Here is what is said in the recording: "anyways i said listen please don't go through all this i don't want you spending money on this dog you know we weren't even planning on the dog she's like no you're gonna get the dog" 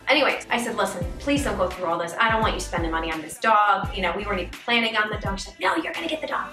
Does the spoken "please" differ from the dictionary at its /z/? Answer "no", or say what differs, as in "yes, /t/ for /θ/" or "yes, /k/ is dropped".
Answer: no